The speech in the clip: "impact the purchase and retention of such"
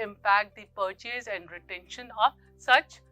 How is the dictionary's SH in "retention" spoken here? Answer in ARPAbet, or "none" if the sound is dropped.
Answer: SH